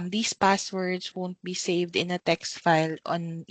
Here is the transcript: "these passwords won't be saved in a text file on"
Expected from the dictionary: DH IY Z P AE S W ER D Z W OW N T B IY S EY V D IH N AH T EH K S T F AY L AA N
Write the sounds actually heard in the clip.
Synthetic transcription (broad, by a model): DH IY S P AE S W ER D S W OW N T B IY S EY V D IH N AH T EH K S T F AY L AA N